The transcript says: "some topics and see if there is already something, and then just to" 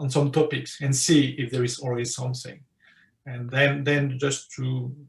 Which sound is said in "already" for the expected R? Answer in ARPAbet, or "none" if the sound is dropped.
L